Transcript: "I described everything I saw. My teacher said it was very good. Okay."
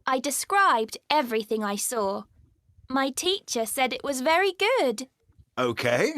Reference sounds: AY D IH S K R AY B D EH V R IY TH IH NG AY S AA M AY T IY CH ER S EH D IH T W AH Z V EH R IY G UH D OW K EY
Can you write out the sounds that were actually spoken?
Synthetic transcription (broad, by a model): AY D IH S K R AY B D EH V R IY TH IH NG AY S AA M AY T IY CH ER S EH D IH T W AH Z V EH R IY G UH D OW K EY